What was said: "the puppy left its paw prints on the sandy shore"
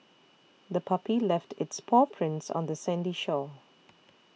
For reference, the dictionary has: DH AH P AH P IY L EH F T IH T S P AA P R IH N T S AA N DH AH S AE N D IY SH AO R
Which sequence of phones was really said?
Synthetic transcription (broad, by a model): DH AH P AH P IY L EH F T IH T S P AA P R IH N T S AA N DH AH S AE N D IY SH AO